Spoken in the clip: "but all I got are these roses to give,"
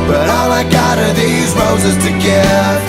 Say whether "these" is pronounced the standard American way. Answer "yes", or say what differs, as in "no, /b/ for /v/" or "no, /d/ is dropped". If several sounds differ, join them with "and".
yes